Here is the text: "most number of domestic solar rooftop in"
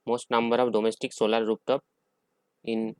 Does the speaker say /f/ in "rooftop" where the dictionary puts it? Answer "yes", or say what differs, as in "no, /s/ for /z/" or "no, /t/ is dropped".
no, /p/ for /f/